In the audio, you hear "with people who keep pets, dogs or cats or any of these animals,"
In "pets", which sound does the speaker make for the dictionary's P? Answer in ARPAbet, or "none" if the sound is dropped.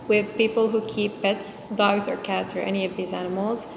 P